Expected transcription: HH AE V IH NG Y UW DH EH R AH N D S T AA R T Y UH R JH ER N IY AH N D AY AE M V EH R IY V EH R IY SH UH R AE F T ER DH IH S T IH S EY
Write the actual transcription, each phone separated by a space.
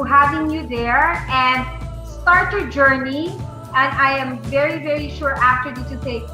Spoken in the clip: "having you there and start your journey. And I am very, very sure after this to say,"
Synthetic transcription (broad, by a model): HH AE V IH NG Y UW DH EH R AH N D S T AA R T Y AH R JH ER N IY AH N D AY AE M V EH R IY V EH R IY SH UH R AE F T ER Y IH T IH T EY